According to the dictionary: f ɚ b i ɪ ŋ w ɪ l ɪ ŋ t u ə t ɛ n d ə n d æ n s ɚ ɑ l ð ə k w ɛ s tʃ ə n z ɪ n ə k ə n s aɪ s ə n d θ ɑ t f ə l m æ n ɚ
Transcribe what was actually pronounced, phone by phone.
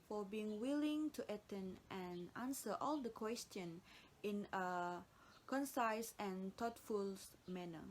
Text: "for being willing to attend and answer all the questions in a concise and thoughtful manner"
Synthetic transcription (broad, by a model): f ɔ b i ɪ ŋ w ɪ l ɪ ŋ t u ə t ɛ n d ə n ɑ n s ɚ ɑ l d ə k w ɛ s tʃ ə n ɪ n ə k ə n s aɪ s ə n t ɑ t f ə l m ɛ n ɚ